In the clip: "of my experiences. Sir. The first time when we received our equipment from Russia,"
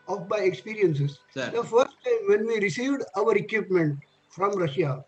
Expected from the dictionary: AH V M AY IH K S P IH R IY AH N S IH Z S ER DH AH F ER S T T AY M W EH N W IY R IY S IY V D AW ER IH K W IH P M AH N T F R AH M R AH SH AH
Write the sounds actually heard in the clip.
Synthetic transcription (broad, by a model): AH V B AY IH K S P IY R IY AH N S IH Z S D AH F ER S T T AY M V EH N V IY R IY S IY V D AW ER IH K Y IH P M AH N T F R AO M R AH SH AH